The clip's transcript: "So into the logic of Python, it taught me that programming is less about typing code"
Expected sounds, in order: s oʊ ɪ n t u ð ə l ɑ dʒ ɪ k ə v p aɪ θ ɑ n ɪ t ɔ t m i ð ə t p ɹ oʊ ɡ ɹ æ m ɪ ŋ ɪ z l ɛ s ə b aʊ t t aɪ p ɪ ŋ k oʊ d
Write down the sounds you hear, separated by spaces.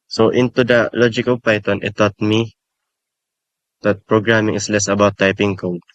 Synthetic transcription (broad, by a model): s oʊ ɪ n t u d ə l ɑ dʒ ɪ k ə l p aɪ t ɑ n ɪ t ɔ t m i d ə t p ɹ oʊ ɡ ɹ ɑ m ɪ ŋ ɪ s l ɛ s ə b aʊ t t aɪ p ɪ ŋ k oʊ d